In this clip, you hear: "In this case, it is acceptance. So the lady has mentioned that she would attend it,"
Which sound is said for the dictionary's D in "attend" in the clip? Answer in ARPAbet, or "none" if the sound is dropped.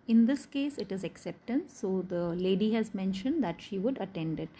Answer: D